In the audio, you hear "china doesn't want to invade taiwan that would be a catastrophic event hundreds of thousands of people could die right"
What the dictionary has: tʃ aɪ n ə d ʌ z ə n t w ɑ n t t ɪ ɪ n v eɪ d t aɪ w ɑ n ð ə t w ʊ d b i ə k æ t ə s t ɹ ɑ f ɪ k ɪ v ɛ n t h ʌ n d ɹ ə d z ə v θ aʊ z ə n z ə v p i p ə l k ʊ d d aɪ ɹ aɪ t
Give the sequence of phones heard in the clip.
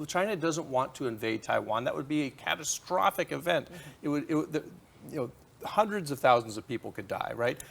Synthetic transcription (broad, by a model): tʃ aɪ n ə d ʌ z ə n t w ɑ n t t ɪ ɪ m v eɪ d t aɪ w ɑ n ð ə t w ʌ d b i ə k æ t ə s t ɹ ɑ f ɪ k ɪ v ɛ n t h ʌ n d ɹ ə d z ə v θ aʊ z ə n z ə v p i p l k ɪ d d aɪ ɹ aɪ t